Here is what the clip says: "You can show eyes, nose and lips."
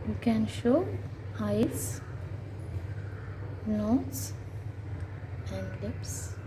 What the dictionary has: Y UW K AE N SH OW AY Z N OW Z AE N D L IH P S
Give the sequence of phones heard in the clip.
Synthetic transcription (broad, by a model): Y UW K AE N SH OW AY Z N OW S AE N D L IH P S